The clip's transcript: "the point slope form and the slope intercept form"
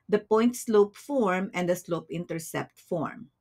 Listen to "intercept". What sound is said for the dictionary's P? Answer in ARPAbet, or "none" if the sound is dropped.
P